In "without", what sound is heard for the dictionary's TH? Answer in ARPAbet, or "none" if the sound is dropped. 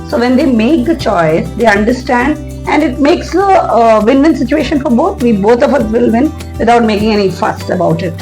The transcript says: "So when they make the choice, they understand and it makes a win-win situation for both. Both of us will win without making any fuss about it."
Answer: T